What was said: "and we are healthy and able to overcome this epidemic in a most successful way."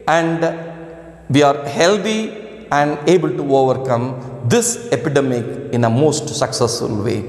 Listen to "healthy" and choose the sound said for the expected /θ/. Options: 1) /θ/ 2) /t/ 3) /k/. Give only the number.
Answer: 2